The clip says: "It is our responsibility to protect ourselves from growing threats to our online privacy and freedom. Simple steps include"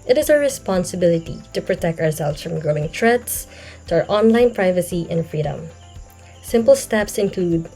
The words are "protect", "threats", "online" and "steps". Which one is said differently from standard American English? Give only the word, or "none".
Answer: threats